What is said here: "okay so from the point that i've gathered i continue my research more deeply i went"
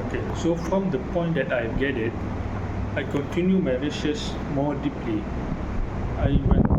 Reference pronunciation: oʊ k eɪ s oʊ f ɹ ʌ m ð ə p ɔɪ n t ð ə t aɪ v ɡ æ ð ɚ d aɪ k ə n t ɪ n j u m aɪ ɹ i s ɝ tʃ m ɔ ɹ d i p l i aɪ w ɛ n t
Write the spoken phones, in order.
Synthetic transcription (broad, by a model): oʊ k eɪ s oʊ f ɹ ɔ m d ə p ɔɪ n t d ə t aɪ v ɡ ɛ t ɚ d aɪ k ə n t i n j u m aɪ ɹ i ʃ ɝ s m ɔ d i p l i aɪ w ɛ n